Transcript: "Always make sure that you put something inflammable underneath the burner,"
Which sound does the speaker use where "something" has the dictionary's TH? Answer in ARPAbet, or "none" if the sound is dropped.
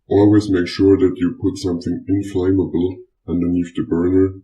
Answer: TH